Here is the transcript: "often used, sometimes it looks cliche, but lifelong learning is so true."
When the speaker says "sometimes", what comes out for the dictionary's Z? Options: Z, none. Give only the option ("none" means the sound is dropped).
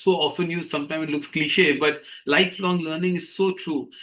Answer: none